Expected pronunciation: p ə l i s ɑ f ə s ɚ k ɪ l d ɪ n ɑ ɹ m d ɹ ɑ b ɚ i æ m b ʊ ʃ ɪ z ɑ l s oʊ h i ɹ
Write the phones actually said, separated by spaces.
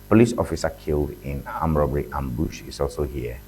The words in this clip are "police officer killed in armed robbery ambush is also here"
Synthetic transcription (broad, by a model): p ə l i s ɑ f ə s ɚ k ɪ l d ɪ n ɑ m ɹ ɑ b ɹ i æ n b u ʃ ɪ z ɑ l s oʊ h i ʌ